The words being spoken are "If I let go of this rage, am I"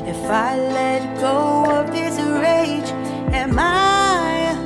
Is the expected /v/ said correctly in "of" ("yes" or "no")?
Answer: no